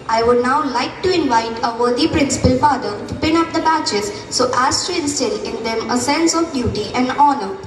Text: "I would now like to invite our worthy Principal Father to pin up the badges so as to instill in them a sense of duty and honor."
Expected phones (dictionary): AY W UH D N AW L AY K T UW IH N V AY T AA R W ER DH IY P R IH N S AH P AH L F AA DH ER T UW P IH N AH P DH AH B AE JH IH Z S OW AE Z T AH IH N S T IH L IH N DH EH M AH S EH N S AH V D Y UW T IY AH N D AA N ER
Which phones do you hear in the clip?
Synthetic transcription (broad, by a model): AY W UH D N AW L AY K T UW IH N V AY T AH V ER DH IY P R IH N S AH P AH L F AA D ER T UW P IH N AH P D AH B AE CH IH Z S OW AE S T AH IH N S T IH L IH N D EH M AH S EH N S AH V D Y UW T IY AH N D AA N ER